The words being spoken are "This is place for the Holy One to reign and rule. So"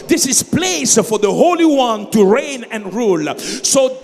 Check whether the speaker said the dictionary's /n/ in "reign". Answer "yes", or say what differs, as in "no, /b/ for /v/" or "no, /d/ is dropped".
yes